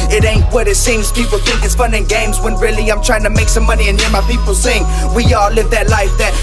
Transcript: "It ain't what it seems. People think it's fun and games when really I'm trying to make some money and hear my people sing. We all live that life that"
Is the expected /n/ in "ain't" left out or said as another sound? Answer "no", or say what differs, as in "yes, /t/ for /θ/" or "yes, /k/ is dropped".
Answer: no